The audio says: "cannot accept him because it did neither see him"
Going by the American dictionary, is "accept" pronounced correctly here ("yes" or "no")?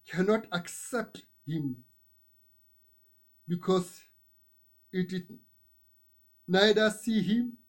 yes